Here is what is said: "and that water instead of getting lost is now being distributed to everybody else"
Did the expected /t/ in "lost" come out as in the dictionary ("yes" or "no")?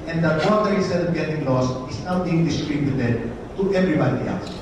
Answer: no